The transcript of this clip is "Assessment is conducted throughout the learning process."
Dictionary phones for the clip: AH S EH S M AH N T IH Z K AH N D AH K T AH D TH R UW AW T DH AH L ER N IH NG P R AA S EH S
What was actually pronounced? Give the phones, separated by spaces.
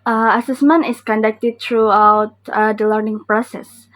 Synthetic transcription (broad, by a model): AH S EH S M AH N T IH S K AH N D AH K T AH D T R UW AW T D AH L ER N IH NG P R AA S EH S